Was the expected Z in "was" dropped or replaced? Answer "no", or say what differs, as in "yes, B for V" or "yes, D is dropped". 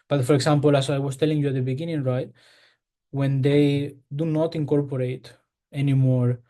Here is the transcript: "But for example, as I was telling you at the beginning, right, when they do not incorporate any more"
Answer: yes, S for Z